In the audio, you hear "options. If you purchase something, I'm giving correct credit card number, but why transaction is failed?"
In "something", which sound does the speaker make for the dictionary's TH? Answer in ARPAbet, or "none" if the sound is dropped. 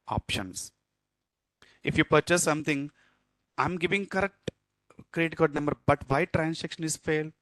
T